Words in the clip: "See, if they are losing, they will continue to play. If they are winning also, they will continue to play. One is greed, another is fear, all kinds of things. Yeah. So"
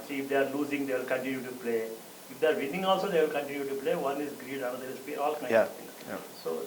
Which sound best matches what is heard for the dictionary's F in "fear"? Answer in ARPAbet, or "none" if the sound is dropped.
P